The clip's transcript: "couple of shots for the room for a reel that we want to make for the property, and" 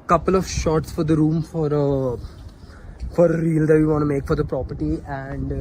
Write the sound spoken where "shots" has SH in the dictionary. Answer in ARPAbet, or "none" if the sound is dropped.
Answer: SH